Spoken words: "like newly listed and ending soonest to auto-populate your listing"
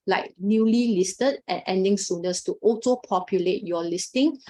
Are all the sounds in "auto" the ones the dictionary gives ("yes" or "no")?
no